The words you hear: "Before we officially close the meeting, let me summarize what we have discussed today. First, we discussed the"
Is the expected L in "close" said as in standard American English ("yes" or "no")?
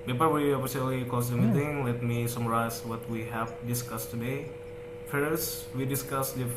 no